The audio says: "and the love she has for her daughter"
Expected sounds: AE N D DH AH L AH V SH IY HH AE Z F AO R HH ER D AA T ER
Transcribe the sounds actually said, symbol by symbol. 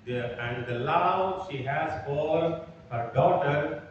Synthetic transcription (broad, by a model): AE N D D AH L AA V SH IY HH AE Z AO L HH ER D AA T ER